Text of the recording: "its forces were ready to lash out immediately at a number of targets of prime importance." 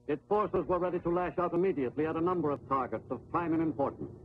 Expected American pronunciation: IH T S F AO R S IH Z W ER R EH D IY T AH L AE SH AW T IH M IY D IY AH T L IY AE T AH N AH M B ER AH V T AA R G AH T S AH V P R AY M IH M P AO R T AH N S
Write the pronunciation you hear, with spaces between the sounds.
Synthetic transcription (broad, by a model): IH T S F AO R S IH Z W ER R EH D IY T AH L AE SH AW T IH M IY D IY AH T L IY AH T AH N AH M B ER AH V T AA R G AH T S AH V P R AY M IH M P AO R T N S